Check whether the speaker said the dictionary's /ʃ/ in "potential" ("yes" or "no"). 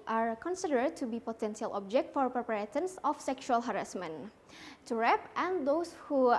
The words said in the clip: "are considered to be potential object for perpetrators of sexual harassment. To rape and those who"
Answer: no